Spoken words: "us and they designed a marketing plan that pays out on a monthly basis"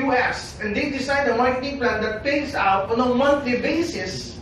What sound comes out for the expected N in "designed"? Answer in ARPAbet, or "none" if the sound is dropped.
none